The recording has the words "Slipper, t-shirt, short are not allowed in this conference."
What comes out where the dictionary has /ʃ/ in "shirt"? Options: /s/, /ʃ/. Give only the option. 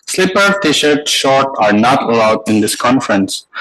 /ʃ/